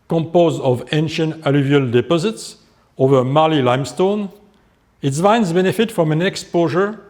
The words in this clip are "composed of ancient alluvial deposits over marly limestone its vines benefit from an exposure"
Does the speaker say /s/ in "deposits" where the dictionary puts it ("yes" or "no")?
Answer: yes